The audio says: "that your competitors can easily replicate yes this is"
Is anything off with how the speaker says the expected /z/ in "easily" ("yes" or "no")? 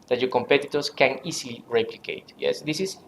yes